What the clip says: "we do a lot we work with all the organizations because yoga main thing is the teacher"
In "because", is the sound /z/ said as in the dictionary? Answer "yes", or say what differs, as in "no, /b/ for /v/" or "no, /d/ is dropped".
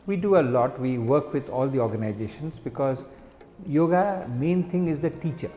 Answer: yes